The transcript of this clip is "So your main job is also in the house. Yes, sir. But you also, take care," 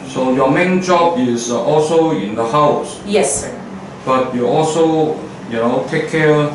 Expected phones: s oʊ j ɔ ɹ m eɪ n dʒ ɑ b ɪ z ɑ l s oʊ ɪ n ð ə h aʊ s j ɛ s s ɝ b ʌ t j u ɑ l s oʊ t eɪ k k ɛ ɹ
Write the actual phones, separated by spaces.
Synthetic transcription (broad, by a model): s oʊ j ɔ m eɪ n dʒ ɑ b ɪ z ɑ l s oʊ ɪ n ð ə h aʊ s j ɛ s s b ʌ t j u ɑ l s oʊ t eɪ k k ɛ